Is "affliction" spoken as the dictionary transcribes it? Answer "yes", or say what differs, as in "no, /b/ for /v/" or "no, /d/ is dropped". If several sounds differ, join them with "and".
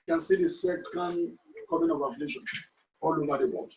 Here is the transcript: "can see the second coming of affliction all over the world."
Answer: no, /k/ is dropped